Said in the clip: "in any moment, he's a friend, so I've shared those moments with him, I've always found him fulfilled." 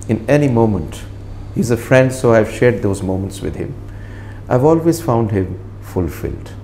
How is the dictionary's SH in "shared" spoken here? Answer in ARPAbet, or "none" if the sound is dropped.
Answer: SH